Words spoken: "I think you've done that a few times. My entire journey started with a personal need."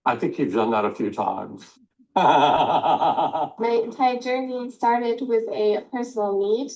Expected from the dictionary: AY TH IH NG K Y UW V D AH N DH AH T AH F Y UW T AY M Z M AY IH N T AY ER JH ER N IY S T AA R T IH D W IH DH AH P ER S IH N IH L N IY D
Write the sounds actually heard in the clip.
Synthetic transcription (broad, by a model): AY TH IH NG K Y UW V D AH N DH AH T AH F Y UW T AY M Z M AY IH N T AY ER JH ER N IY S T AA R T IH D W IH DH AH P ER S N L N IY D